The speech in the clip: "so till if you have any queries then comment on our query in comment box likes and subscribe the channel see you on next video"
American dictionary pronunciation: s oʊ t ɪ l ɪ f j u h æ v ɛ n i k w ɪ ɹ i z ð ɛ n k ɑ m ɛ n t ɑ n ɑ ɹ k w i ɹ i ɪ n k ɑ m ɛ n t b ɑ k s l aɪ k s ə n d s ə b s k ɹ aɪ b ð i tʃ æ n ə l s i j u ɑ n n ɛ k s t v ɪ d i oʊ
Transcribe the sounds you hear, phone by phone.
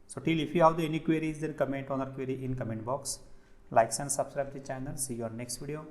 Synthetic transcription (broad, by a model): s oʊ t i l ɪ f j u h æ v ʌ n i k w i ɹ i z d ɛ n k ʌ m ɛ n t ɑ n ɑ ɹ k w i ɹ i ɪ n k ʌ m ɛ n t b ɑ k s l aɪ k s ə n d s ə b s k ɹ aɪ b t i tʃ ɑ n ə n s i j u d n ɛ k s t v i d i oʊ